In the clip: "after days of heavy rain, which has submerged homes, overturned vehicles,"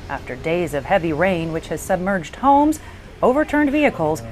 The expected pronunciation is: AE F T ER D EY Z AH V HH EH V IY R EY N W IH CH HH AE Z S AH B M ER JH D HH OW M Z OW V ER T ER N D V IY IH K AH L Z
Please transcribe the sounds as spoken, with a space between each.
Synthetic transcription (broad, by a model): AE F T ER D EY Z AH V HH EH V IY R EY N W IH CH HH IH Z S AH B M ER JH D HH OW M Z OW V ER T ER N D V IY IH K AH L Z